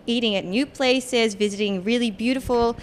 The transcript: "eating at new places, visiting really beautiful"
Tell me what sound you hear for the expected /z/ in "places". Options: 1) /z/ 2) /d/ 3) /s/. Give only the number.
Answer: 1